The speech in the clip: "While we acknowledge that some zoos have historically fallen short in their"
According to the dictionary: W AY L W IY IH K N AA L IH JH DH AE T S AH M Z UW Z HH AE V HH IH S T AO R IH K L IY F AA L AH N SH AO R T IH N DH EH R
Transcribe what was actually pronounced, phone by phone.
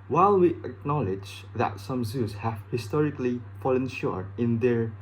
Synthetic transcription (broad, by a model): W AY L W IY IH K N AA L IH JH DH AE T S AH M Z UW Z HH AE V HH IH S T AO R IH K L IY F AA L AH N SH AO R IH N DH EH R